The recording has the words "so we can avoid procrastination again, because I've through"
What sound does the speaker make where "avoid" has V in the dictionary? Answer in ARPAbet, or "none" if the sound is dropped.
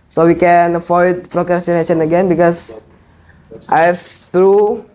F